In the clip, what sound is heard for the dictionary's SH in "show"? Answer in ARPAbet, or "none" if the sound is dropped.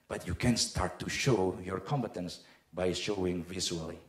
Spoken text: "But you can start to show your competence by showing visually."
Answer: SH